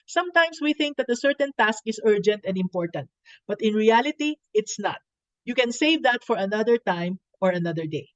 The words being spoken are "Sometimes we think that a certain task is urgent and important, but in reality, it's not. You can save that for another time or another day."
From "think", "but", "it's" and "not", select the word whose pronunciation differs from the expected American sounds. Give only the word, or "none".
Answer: none